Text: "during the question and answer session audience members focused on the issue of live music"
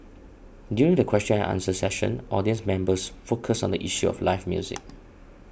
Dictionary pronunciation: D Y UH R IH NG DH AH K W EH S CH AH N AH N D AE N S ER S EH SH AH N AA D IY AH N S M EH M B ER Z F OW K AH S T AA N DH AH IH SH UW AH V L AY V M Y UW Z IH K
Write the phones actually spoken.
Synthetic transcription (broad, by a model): D Y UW R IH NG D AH K W EH S CH AH N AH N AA N S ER S EH SH AH N AA D IY AH N S M EH M B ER S F OW K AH S AA N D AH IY SH UW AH F L AY F M Y UW Z IH K